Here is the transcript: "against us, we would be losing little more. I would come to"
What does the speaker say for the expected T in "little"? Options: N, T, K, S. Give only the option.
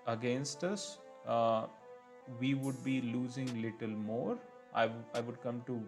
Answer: T